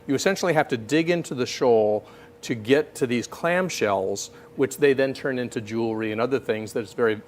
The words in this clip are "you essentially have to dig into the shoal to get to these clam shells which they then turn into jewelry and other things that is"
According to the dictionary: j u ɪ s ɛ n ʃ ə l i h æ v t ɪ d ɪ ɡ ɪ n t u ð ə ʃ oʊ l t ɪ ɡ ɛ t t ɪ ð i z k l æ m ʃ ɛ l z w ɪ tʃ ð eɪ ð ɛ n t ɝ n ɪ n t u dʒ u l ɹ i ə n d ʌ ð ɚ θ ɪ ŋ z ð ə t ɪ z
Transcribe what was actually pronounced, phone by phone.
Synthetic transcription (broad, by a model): j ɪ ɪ s ɛ n ʃ l i h æ f t ɪ d ɪ ɡ ɪ n t u ð ə ʃ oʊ l t ɪ ɡ ɛ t t ɪ ð i z k l æ m ʃ ɛ l z w ɪ tʃ ð eɪ ð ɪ n t ɝ n ɪ n t u dʒ u l ɹ i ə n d ʌ ð ɚ θ ɪ ŋ z ð ə t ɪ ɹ